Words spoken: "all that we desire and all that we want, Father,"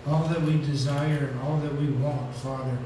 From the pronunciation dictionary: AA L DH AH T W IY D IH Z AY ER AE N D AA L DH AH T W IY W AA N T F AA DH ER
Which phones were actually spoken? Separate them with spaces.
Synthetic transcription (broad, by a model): AA L DH AH T W IY D IH Z AY ER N AA L DH AH T W IY W AA N T F AA DH ER